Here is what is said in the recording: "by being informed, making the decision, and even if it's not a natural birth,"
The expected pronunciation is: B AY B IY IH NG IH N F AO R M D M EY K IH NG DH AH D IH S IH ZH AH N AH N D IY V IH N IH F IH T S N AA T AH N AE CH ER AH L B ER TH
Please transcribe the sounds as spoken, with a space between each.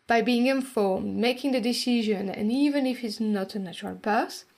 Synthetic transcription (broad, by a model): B AY B IY IH NG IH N F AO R M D M EY K IH NG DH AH D IH S IH ZH AH N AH N IY V IH N IH F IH T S N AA T AH N AE CH ER AH L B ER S